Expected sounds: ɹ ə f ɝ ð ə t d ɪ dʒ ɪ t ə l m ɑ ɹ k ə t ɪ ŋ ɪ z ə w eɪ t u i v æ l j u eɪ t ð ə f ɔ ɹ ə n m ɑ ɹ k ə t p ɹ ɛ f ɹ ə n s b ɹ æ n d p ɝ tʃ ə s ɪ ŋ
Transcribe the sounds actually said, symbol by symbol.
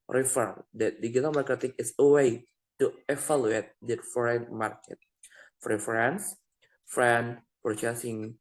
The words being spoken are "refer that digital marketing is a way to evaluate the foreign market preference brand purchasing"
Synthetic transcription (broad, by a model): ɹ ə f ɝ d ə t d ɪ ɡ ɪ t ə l m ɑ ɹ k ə t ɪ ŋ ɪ s ə w eɪ t u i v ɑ l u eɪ t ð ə f ɔ ɹ ə n m ɑ ɹ k ə t f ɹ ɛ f ɹ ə n s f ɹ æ n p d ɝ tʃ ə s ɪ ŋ